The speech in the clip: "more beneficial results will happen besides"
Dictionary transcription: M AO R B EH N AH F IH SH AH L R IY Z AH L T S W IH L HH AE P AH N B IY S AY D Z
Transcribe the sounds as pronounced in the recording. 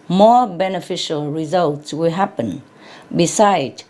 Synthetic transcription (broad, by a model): M AO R B EH N AH F IH SH AH L R IY Z AH L T S W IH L HH AE P AH N B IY S AY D